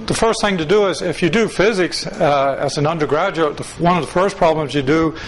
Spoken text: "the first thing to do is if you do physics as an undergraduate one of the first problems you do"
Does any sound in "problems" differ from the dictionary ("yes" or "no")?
no